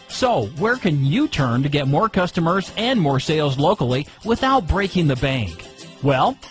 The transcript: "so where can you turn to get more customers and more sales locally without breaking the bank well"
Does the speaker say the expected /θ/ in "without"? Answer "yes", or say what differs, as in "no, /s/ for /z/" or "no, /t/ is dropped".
yes